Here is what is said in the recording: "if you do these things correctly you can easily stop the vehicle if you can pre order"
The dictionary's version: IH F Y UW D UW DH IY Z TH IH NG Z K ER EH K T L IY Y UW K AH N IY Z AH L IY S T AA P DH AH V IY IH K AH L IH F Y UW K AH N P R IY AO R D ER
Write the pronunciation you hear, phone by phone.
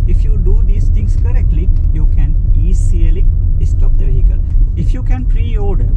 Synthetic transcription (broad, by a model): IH F Y UW D UW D IY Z T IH NG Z K ER EH K T L IY Y UW K AH N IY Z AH L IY S T AA P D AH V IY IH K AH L IH F Y UW K AH N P R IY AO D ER